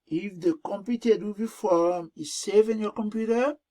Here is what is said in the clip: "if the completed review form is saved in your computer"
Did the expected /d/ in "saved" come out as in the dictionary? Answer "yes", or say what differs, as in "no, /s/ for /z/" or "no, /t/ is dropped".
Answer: no, /d/ is dropped